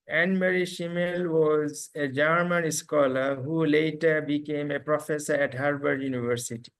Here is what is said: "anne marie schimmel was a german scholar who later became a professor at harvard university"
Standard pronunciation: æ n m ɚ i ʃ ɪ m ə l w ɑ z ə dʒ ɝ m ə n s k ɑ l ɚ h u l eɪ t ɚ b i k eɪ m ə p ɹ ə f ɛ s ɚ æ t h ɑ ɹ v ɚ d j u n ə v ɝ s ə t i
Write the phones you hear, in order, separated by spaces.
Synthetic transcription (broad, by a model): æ n m ɚ i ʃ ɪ m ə l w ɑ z ə dʒ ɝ m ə n s k ɑ l ɚ h u l eɪ t ɚ b i k eɪ m ə p ɹ ə f ɛ s ɚ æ t h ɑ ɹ b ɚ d j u n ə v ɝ s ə t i